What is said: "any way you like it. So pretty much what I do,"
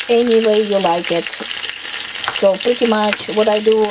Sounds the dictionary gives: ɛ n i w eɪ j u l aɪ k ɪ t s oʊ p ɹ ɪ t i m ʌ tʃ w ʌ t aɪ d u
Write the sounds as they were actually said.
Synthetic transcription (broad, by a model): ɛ n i w eɪ j u l aɪ k ɪ t s oʊ p ɹ ɪ t i m ʌ tʃ w ʌ t aɪ d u